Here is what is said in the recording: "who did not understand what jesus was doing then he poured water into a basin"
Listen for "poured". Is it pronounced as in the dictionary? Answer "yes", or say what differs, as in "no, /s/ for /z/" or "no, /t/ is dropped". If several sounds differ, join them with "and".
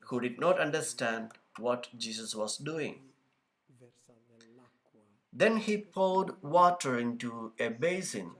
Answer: no, /l/ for /ɹ/